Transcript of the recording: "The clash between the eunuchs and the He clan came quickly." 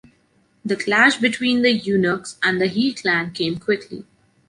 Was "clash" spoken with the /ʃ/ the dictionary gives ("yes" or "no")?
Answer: yes